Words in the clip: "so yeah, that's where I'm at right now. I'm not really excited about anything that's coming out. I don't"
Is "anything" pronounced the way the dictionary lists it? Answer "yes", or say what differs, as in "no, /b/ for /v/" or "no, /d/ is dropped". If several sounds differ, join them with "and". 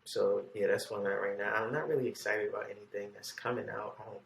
yes